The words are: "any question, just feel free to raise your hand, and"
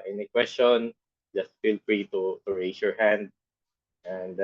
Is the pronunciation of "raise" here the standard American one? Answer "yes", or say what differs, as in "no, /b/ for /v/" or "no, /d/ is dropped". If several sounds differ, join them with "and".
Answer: no, /s/ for /z/